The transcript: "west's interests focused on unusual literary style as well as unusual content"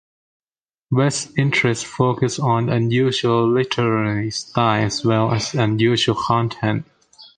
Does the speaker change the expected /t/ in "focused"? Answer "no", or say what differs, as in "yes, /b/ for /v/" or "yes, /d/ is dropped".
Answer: yes, /t/ is dropped